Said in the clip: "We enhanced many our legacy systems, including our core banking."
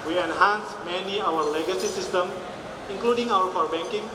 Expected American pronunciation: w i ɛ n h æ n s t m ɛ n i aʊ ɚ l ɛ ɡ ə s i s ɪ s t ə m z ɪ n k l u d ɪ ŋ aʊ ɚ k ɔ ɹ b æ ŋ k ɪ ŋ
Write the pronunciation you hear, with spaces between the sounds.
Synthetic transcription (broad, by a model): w i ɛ n h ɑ n s m ɛ n i aʊ ɚ l ɛ ɡ ə s i s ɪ s t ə m ɪ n k l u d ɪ ŋ aʊ ɚ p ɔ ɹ b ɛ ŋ k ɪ ŋ